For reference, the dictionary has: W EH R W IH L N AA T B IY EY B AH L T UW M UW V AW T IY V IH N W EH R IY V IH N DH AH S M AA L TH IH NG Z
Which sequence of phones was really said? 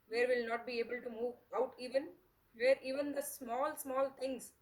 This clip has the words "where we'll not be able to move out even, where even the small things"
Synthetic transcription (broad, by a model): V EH R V IH L N AA T B IY EY B AH L T UW M UW V AW T IY V IH N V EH R IY V IH N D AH S M AA L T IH NG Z